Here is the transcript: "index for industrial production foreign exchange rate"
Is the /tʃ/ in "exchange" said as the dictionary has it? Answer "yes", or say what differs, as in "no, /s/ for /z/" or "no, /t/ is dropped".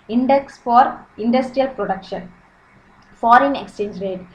yes